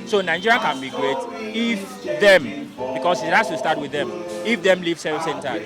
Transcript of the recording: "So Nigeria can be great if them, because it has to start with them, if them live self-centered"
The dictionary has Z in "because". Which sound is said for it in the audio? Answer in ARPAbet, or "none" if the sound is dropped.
S